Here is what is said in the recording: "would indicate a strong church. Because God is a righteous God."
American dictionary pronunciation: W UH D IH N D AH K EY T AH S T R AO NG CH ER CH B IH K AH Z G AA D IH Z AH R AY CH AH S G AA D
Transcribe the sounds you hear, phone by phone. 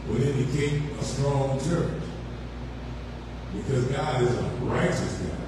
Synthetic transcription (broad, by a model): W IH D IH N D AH K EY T AH S T R AO NG CH ER CH B IH K AH Z G AA D IH Z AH R AY CH AH S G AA